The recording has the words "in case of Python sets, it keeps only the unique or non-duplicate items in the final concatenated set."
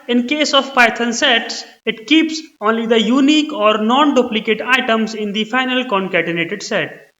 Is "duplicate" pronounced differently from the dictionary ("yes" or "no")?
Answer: no